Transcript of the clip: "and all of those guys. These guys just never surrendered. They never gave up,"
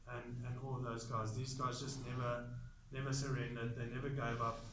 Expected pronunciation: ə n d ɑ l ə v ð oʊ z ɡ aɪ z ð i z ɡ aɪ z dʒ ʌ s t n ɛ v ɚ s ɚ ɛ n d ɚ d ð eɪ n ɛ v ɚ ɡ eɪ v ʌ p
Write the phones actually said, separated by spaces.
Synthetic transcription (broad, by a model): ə n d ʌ n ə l ð oʊ z ɡ aɪ z ð i z ɡ aɪ z dʒ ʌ s t n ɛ v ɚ s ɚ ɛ n d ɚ d ð eɪ n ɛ v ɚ ɡ eɪ v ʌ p